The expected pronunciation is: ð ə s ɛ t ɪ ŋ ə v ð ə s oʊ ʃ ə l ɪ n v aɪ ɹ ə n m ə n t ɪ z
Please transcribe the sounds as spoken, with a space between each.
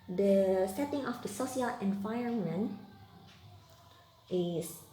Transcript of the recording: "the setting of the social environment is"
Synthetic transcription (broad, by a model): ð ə s ɛ t ɪ ŋ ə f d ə s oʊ s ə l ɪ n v aɪ ɹ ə n m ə n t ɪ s